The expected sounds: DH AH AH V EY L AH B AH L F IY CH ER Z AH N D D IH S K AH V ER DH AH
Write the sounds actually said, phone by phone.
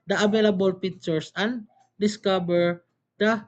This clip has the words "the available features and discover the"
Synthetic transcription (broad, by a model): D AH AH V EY L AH B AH L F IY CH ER S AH N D D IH S K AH B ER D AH